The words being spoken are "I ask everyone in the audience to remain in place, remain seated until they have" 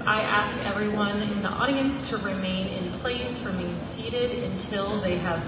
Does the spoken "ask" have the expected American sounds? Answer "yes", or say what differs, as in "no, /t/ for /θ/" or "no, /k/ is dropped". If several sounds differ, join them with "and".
yes